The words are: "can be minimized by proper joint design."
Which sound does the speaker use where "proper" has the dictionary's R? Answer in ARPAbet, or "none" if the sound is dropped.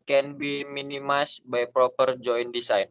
R